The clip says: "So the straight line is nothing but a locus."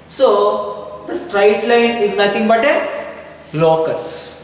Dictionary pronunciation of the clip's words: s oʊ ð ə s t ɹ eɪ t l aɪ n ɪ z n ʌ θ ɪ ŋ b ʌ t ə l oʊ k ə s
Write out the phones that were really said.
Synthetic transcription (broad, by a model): s oʊ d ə s t ɹ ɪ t l aɪ n ɪ z n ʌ t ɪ ŋ b ʌ t ə l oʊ k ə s